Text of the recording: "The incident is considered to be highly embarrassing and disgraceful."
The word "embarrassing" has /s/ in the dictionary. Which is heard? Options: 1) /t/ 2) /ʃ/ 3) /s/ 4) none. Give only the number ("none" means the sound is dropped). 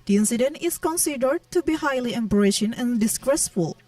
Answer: 2